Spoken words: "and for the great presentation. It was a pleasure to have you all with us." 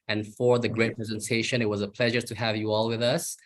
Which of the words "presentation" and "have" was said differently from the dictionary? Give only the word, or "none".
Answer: none